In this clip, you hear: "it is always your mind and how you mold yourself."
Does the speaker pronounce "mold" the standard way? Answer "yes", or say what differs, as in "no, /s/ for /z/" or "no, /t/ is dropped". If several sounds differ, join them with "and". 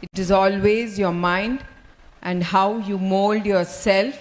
yes